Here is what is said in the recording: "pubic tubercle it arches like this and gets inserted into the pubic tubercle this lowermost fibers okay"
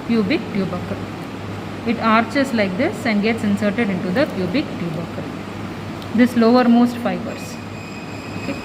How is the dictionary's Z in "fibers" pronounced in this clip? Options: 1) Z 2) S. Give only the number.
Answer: 2